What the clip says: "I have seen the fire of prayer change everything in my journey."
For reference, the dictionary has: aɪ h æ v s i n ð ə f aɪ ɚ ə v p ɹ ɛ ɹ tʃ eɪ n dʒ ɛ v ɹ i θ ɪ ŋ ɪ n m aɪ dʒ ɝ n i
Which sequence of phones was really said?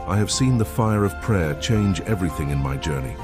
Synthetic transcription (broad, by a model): aɪ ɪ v s i n ð ə f aɪ ɚ ə v p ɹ ɛ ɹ tʃ eɪ n dʒ ɛ v ɹ i θ ɪ ŋ ɪ n m aɪ dʒ ɝ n i